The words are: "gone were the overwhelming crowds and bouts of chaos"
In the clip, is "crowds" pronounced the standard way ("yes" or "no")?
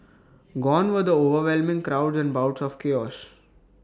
yes